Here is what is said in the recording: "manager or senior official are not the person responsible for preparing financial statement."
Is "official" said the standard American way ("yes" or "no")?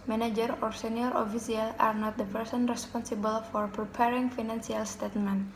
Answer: no